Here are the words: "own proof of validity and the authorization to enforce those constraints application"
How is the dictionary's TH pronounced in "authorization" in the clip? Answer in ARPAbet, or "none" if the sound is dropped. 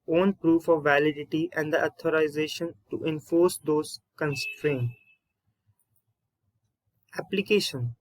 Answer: T